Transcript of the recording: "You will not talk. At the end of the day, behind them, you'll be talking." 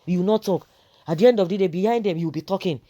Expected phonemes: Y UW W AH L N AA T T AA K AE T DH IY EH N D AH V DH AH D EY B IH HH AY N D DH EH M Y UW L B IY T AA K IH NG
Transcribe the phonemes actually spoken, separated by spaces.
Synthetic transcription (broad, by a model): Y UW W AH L N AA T T AA K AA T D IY EH N D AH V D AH D EY B IH HH AY N D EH M Y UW W B IY T AA K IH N